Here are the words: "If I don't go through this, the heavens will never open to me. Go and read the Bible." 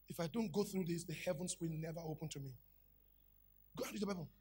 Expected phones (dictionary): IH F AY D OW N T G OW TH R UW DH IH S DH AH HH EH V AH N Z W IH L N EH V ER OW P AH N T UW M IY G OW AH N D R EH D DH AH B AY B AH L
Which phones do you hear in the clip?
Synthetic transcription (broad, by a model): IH F AY D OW N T G OW TH R UW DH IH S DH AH HH EH V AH N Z W IH L N EH V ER OW P AH N T UW M IY G OW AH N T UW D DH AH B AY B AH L